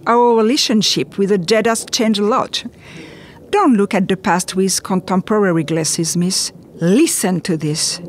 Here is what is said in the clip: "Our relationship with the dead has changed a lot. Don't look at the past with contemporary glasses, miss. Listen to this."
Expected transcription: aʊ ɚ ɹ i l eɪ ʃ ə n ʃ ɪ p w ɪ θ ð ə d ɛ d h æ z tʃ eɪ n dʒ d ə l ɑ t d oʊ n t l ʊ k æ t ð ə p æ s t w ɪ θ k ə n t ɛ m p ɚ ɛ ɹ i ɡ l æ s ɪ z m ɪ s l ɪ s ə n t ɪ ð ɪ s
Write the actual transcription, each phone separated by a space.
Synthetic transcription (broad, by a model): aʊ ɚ ɹ i l eɪ ʃ ə n ʃ ɪ p w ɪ ð ə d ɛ d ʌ s tʃ eɪ n dʒ ə l ɑ t d oʊ n t l ʊ k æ t ð ə p æ s t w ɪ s k ə n t ɛ m p ɚ ɛ ɹ i ɡ l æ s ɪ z m ɪ s l ɪ s ə n t ɪ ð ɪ s